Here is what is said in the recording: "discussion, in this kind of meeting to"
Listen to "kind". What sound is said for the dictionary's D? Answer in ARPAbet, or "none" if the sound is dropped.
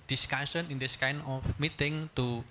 none